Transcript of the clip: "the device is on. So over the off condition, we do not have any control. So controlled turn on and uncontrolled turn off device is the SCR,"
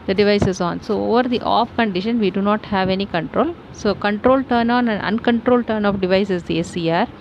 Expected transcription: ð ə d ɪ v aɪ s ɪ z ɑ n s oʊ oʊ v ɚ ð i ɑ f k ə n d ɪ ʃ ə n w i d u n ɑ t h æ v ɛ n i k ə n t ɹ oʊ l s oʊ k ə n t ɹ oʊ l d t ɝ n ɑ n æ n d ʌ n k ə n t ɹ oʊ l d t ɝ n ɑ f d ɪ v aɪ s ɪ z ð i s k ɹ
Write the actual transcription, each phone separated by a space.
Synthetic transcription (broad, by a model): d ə d ɪ v aɪ s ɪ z ɑ n s oʊ oʊ v ɚ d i ɑ f k ə n d ɪ ʃ ə n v i d u n ɑ t h æ v ɛ n i k ə n t ɹ oʊ l s oʊ k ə n t ɹ oʊ l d t ɝ n ɑ n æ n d ʌ n k ə n t ɹ oʊ l d t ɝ n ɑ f d ɪ v aɪ s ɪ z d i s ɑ ɹ